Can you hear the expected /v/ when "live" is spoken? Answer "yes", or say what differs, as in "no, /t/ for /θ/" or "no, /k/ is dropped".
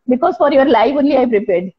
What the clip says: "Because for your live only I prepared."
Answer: no, /f/ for /v/